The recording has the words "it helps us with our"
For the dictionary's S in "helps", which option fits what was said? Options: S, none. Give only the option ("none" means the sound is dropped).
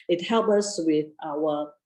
none